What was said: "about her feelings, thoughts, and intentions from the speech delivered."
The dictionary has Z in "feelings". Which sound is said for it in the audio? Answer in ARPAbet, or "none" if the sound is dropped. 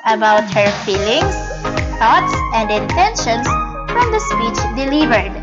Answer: S